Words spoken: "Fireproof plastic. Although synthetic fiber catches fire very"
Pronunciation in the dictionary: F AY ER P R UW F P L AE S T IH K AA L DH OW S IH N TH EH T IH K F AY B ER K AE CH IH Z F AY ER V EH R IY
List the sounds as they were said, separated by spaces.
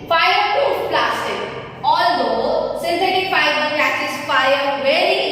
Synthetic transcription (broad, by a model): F AY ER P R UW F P L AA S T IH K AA L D OW S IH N S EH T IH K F AY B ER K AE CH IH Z F AY ER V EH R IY